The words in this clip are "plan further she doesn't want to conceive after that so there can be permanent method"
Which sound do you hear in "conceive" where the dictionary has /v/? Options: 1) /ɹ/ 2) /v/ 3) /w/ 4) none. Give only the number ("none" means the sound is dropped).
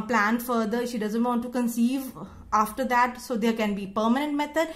2